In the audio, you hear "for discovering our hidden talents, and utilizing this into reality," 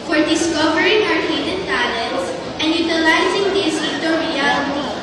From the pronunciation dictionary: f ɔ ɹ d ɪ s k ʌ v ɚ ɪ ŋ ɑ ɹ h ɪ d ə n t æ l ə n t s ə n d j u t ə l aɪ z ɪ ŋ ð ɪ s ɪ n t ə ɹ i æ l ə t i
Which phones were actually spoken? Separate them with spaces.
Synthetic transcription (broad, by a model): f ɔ ɹ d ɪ s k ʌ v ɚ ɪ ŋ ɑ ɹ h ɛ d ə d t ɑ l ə t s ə n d j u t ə l aɪ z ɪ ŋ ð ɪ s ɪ t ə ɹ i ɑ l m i